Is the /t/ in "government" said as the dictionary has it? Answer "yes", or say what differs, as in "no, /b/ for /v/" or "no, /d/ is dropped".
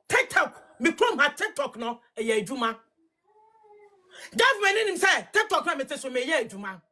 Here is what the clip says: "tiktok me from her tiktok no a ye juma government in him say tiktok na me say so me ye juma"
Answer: no, /t/ is dropped